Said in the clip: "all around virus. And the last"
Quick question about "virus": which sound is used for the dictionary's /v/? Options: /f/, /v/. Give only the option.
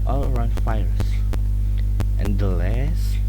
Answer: /f/